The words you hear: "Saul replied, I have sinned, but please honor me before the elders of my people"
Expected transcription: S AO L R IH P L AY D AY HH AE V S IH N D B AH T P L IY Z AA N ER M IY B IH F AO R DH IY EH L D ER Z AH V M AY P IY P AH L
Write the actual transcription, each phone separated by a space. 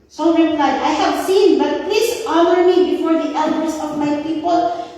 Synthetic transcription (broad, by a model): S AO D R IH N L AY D AY HH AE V S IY N B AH T P L IY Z AA N ER M IY B IH F AO R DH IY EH L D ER S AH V M AY P IY P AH L